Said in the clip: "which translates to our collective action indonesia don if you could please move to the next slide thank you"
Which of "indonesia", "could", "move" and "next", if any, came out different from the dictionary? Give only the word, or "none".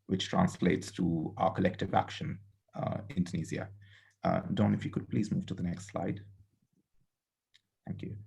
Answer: indonesia